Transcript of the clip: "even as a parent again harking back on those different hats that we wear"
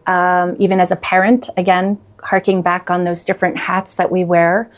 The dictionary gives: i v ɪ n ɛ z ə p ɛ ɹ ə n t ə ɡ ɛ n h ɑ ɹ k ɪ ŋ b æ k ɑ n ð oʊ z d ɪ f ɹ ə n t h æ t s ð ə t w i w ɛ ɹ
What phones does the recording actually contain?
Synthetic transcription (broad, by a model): i v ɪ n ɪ z ə p ɛ ɹ ə n t ə ɡ ɛ n h ɑ ɹ k ɪ ŋ b æ k n ð oʊ z d ɪ f ɹ ə n t h æ t s ð ə t w i w ɛ ɹ